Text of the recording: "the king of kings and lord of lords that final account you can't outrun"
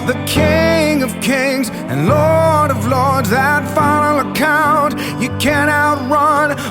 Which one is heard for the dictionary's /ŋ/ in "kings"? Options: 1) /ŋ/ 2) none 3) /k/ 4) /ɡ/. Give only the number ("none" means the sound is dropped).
1